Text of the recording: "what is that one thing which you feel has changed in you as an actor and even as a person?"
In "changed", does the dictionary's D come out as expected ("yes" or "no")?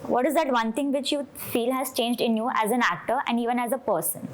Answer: yes